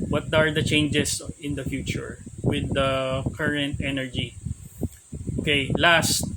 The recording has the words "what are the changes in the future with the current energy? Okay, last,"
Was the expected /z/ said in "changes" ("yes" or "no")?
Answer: no